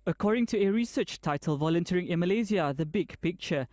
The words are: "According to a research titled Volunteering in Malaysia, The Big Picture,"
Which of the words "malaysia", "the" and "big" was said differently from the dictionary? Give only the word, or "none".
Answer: malaysia